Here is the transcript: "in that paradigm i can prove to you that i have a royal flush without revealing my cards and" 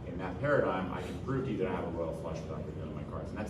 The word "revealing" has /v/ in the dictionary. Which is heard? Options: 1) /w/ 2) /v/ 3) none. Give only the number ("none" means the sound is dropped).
3